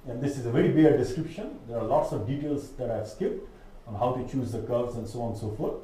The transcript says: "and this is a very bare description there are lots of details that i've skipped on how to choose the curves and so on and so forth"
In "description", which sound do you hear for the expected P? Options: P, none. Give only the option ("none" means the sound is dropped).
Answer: P